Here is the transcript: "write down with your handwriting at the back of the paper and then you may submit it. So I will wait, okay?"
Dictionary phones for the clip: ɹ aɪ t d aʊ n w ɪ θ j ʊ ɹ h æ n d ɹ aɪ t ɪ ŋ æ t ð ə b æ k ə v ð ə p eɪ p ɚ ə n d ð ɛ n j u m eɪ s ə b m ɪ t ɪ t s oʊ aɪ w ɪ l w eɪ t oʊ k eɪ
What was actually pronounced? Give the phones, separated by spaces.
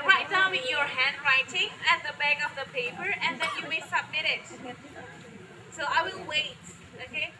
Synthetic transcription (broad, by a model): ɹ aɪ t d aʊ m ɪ j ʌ ɹ h æ n d ɹ aɪ t ɪ ŋ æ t ð ə b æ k ə v ð ə p eɪ p ɚ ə n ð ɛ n j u m eɪ s ə b m ɪ t ɪ t s oʊ aɪ w ɪ l w eɪ t oʊ k eɪ